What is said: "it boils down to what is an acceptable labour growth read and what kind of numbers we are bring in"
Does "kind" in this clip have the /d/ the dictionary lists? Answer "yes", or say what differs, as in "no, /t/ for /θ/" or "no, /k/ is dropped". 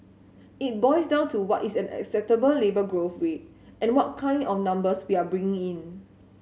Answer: yes